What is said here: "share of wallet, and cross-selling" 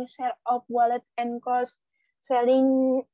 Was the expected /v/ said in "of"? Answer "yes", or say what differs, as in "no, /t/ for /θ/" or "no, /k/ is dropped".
no, /p/ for /v/